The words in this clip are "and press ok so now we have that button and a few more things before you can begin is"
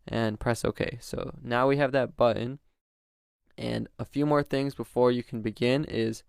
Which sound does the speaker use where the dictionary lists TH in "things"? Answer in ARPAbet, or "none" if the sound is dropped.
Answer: TH